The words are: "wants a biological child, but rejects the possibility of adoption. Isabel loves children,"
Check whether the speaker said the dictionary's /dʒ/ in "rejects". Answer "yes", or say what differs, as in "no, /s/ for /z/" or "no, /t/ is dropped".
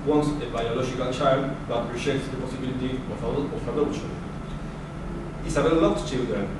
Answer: no, /ʃ/ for /dʒ/